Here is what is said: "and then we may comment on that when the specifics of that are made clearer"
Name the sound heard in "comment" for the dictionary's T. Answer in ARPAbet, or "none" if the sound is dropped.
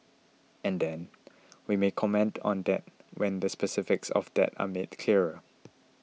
T